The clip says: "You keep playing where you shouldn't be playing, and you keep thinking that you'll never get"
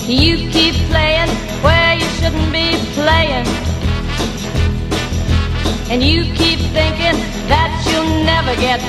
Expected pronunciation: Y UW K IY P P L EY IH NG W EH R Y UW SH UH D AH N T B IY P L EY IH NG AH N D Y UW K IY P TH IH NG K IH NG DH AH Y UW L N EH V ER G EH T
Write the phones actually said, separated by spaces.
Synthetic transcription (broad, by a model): Y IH K IY P P L EY IH NG W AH R Y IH SH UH D N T B IY P L EY IH NG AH N Y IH K IY P TH IH NG K IH NG DH AH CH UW L N EH V ER G EH T